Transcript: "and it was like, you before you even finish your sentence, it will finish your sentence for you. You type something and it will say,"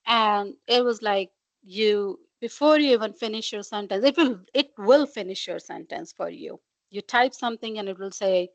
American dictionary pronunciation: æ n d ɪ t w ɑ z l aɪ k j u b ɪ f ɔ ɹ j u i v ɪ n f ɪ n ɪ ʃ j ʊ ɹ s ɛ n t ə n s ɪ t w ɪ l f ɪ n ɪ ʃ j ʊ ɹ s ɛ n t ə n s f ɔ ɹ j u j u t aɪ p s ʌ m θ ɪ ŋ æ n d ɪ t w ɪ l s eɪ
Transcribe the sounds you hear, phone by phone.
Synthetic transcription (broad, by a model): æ n d ɪ t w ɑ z l aɪ k j u b ɪ f ɔ ɹ j u i v ɪ n f ɪ n ɪ ʃ j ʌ ɹ s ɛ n t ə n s ɪ t w ɪ l f ɪ n ɪ ʃ j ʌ ɹ s ɛ n t ə n s f ɔ ɹ j u j u t aɪ p s ʌ m t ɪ ŋ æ n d ɪ t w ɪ l s eɪ